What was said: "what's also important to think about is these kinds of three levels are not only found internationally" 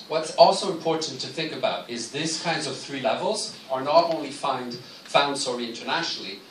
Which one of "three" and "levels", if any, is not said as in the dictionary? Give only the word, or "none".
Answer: none